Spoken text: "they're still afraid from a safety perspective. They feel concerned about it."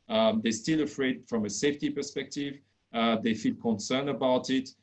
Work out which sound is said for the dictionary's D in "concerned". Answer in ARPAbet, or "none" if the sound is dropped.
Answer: none